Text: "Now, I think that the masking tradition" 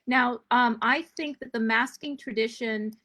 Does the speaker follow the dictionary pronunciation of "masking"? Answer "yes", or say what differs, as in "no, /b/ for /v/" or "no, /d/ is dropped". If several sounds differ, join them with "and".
yes